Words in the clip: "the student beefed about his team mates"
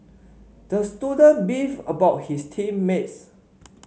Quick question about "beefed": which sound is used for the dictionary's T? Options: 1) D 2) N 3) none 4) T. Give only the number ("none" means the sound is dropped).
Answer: 3